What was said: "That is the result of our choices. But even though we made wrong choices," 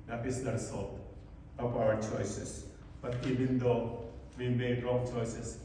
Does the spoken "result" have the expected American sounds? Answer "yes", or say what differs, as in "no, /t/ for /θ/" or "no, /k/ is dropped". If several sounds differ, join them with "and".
no, /s/ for /z/